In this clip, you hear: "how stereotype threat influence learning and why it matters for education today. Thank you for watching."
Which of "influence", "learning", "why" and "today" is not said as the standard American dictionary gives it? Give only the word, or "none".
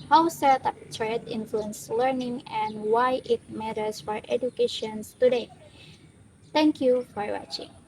none